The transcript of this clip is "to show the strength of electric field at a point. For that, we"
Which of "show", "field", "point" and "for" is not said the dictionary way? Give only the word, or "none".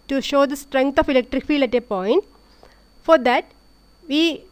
field